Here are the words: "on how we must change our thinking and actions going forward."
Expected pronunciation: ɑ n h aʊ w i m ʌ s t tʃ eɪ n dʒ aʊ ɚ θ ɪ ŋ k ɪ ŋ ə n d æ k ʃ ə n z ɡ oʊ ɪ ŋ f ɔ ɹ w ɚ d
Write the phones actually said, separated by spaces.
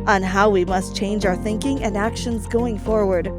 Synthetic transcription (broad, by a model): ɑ n h aʊ w i m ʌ s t tʃ eɪ n dʒ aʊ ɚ θ ɪ ŋ k ɪ ŋ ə n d æ k ʃ ə n z ɡ oʊ ɪ ŋ f ɔ ɹ w ɚ d